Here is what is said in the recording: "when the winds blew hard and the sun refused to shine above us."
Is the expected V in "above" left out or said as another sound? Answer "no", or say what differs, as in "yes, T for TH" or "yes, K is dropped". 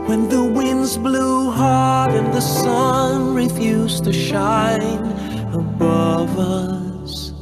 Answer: no